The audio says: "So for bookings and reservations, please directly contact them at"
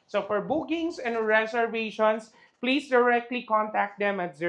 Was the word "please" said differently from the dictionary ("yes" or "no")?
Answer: yes